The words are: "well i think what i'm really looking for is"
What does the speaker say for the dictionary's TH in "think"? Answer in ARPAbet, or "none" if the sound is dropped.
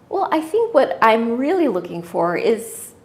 TH